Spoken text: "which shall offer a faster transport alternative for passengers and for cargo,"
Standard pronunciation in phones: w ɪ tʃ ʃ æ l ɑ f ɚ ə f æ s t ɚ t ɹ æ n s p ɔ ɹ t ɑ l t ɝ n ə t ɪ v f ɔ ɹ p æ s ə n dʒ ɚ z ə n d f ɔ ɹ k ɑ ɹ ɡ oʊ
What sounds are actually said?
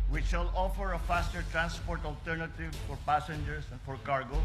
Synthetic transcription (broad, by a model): w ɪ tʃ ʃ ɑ l ɑ f ɚ ə f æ s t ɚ t ɹ æ n s p ɔ ɹ t ɑ l t ɝ n ə t ɪ v f ɔ ɹ p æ s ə n dʒ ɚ s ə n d f ɔ ɹ k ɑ ɹ ɡ oʊ